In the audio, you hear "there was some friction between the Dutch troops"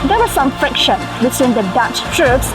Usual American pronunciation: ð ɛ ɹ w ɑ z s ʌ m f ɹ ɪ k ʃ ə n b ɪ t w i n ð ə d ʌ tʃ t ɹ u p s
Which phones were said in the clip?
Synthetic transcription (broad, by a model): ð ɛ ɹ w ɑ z s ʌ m f ɹ ɪ k ʃ ə n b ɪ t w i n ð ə d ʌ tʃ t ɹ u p s